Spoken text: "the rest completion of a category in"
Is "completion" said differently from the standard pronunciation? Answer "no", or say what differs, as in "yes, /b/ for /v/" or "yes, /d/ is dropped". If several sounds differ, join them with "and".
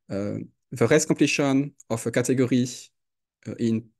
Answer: yes, /m/ is dropped